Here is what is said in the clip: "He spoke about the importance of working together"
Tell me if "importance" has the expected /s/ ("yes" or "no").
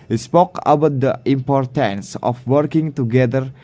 yes